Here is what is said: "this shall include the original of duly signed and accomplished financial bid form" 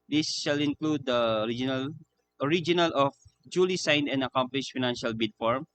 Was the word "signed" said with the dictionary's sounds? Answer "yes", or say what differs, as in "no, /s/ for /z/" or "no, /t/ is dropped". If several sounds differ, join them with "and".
yes